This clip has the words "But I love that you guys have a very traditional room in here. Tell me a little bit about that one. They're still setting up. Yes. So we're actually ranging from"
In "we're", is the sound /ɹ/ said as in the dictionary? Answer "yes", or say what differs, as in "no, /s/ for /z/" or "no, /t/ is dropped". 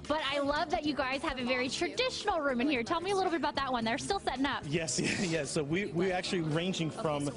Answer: no, /w/ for /ɹ/